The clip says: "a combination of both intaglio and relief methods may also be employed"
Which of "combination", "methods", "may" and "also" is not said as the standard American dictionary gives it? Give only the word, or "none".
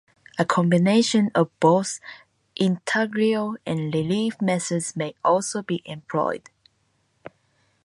methods